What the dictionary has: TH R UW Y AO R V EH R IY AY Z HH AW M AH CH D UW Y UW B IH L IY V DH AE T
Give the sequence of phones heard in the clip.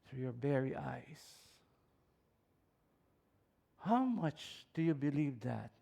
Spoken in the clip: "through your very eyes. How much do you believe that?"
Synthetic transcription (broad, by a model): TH R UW Y AO R B EH R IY AY S HH AW M AH CH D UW Y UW B IH L IY V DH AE T